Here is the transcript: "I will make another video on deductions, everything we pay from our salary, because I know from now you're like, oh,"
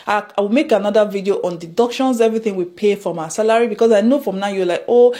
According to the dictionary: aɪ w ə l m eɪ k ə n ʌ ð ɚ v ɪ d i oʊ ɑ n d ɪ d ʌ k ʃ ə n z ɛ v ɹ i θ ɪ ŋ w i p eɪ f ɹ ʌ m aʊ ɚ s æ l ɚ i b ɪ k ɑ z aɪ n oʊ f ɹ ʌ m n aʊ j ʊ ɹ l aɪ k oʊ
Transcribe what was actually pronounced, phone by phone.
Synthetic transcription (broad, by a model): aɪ w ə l m eɪ k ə n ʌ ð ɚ v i d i oʊ ɑ n d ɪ d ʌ k ʃ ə n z ɛ v ɹ i θ ɪ ŋ w i p eɪ f ɹ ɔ m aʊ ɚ s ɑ l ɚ i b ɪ k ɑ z aɪ n oʊ f ɹ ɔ m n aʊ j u w l aɪ k oʊ